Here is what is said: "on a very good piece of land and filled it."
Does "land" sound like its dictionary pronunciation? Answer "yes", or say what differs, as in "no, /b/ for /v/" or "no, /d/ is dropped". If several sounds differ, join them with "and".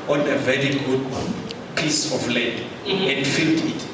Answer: no, /n/ is dropped